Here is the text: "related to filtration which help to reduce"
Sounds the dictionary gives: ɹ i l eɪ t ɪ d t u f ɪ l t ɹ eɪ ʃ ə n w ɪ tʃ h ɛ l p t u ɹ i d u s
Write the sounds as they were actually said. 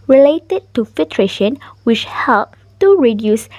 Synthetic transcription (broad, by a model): ɹ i l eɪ t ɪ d t u f ɪ l t ɹ eɪ ʃ ə n w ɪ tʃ h ɛ l p t u ɹ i d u s